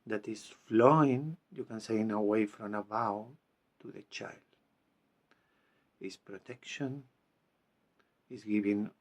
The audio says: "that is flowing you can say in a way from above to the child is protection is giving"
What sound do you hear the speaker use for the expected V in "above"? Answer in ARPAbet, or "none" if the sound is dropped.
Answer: W